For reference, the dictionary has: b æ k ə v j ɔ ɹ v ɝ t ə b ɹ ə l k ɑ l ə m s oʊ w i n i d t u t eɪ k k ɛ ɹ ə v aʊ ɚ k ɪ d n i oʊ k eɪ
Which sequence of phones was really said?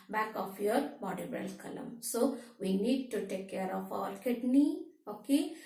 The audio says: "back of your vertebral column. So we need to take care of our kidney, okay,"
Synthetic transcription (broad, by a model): b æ k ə f j ɔ ɹ b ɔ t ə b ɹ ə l k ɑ l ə m s oʊ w i n i d t u t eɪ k k ɛ ɹ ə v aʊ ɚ k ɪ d n i oʊ k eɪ